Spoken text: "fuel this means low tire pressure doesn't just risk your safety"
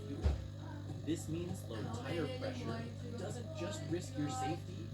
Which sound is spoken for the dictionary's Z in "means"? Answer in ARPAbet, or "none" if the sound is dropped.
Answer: Z